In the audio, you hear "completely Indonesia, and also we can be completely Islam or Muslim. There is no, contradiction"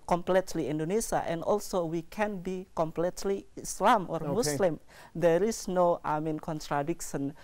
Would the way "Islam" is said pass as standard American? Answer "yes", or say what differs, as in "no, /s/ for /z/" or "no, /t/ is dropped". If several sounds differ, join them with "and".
yes